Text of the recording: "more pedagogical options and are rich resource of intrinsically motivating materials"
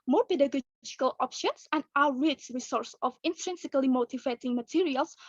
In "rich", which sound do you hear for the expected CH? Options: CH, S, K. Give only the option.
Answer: S